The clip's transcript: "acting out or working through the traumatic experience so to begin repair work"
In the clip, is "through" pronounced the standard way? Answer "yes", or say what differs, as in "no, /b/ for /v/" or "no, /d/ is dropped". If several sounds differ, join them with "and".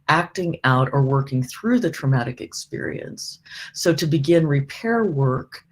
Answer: yes